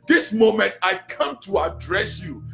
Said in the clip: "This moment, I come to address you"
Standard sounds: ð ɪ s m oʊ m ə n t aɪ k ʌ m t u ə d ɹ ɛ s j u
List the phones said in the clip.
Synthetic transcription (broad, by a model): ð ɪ s m oʊ m ə n t aɪ k ʌ m t u ə d ɹ ɛ s j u